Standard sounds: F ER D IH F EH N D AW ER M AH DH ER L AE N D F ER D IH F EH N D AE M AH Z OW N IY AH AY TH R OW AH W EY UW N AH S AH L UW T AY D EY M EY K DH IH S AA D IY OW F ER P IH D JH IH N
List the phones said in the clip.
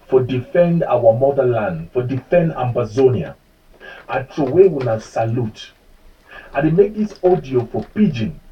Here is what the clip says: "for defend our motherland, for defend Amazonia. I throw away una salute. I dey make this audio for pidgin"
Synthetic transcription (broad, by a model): F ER D IH F EH N D AW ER M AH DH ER L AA N D F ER D IH F EH N D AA M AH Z OW N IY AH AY T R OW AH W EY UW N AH S AH L UW T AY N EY M EY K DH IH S AA D IY OW F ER P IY JH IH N